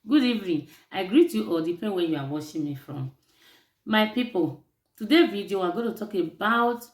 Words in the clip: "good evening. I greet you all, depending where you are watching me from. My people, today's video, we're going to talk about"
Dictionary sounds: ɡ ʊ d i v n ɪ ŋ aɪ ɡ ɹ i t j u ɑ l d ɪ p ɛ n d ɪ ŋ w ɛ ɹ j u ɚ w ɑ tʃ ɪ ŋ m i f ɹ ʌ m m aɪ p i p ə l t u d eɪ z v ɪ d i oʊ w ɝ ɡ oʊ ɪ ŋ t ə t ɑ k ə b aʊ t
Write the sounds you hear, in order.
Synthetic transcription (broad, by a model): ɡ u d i v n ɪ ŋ aɪ ɡ ɹ i t j u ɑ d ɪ p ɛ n w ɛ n j u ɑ w ɑ ʃ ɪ m i f ɹ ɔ m m aɪ p i p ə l t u d eɪ v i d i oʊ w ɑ ɡ oʊ t ə t ɑ k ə b aʊ t